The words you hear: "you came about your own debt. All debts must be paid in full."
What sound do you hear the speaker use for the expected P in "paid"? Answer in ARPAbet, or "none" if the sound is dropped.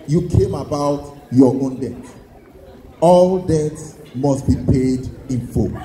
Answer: P